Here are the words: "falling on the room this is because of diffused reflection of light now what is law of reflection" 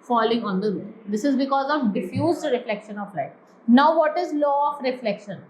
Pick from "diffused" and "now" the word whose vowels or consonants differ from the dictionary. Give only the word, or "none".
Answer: none